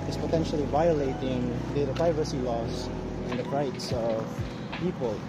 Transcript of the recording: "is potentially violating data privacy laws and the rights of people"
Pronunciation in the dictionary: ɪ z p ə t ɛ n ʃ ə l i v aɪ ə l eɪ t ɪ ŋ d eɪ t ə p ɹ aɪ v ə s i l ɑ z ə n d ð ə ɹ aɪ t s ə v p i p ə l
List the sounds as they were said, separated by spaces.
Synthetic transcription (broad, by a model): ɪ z p ə t ɛ n ʃ ə l i v aɪ ə l eɪ t ɪ ŋ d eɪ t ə p ɹ aɪ v ə s i l ɑ s ə n d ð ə ɹ aɪ t s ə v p i p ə l